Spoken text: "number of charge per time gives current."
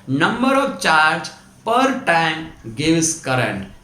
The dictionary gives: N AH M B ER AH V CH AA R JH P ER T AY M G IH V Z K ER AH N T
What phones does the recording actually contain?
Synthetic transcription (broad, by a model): N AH M B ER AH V CH AA R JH P ER T AY M G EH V S K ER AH N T